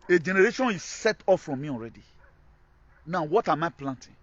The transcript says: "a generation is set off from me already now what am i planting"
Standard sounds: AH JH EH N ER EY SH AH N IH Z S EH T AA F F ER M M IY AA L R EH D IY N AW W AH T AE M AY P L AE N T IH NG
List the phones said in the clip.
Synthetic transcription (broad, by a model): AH JH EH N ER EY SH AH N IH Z S EH T AA F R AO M M IY AA L R EH D IY N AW W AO T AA M AY P L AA N T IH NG